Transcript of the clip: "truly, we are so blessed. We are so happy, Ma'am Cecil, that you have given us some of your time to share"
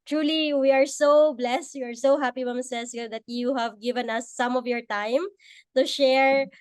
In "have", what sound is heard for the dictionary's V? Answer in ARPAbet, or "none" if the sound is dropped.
V